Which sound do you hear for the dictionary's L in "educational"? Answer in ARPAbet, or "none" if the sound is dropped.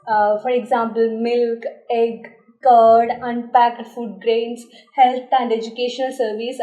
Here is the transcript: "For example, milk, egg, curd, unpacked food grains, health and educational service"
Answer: L